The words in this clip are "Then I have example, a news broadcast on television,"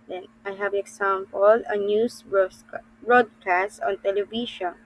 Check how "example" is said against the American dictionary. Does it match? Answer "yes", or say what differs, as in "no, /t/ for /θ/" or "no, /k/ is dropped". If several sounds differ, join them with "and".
no, /s/ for /z/